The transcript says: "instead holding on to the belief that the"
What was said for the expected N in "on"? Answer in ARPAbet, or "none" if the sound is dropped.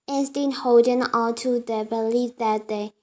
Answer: L